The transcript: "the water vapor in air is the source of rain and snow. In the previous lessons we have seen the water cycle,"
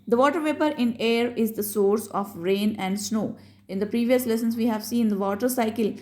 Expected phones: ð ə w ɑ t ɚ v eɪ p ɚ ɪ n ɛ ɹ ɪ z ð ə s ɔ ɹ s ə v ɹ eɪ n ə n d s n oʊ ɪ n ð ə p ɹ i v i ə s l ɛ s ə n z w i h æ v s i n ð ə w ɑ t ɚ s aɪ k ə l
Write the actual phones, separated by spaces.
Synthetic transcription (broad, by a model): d ə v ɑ t ɚ v eɪ p ɚ ɪ n ɛ ɹ ɪ z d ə s ɔ ɹ s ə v ɹ eɪ n ə n d s n oʊ ɪ n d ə p ɹ i v i ə s l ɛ s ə n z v i h æ v s i n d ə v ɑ t ɚ s aɪ k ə l